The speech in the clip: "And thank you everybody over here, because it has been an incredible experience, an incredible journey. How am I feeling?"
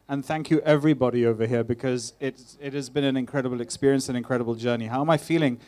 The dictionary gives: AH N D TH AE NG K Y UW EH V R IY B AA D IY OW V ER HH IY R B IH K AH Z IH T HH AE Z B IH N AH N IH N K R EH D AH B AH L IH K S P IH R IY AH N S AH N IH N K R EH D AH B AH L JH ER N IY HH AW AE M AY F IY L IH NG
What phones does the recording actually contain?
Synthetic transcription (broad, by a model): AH N TH AE NG K Y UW EH V R IY B AA D IY OW V ER HH IY R B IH K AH Z IH T HH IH Z B IH N AH N IH N K R EH D AH B AH L IH K S P IH R IY AH N S AH N IH N K R EH D AH B AH L JH ER N IY HH AW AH M AY F IY L IH NG